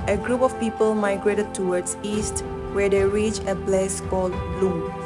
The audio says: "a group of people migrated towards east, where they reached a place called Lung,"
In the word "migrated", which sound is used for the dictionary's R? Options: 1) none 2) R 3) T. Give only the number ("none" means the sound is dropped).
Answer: 2